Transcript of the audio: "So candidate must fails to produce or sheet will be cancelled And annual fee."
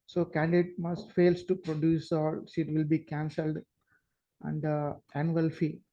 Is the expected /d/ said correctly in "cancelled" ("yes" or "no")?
yes